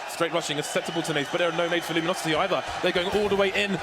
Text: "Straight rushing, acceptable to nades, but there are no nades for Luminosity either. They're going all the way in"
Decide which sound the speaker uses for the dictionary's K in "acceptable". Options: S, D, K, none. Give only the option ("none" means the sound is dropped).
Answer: none